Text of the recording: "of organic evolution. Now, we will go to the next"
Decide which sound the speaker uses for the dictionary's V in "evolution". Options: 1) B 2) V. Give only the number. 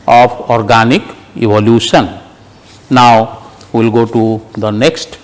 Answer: 1